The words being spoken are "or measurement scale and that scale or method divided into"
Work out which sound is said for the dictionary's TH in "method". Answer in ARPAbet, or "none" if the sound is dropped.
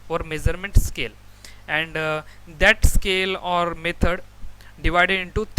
T